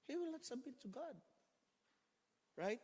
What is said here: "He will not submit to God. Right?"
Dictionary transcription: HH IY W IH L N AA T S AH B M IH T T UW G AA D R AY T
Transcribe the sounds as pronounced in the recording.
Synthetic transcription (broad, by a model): HH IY W IH L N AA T S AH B IH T T UW G AA D R AY T